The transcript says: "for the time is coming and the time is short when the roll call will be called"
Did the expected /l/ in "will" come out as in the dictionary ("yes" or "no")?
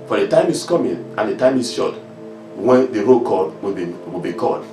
no